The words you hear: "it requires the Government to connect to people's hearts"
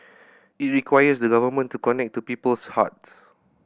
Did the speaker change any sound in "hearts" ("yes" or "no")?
yes